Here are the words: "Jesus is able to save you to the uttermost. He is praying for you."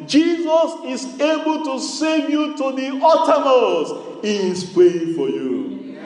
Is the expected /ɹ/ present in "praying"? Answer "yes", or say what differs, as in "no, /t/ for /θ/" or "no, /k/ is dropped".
no, /ɹ/ is dropped